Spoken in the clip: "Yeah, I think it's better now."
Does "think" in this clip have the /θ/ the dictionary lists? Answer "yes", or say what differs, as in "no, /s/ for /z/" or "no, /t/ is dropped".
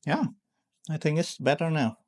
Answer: yes